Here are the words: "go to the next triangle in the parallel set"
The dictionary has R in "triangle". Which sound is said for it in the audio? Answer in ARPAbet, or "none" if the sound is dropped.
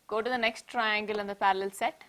R